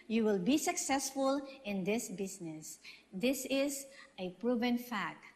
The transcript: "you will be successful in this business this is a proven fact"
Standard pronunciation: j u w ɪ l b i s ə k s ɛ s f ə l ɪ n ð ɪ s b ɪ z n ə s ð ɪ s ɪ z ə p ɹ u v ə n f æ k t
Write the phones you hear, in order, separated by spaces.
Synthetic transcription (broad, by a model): j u w ɪ l b i s ə k s ɛ s f ə l ɪ n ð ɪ s b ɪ s n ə s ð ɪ s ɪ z ə p ɹ u v ə n f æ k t